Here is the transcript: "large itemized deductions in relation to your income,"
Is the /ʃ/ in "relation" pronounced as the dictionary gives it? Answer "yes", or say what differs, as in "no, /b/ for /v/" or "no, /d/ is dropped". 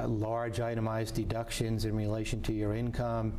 yes